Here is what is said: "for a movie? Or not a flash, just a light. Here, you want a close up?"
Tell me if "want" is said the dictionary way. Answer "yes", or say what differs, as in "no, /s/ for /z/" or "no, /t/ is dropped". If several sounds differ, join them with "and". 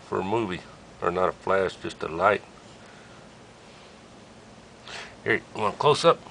no, /t/ is dropped